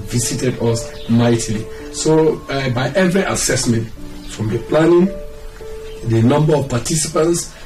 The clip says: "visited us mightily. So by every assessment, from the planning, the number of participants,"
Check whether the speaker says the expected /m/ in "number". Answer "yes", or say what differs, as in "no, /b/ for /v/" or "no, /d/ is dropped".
yes